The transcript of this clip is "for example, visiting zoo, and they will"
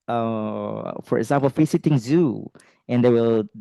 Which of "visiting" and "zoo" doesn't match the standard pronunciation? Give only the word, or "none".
visiting